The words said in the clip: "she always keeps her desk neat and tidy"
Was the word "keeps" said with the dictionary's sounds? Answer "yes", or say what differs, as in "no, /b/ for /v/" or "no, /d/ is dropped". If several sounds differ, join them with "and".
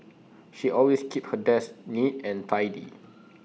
no, /s/ is dropped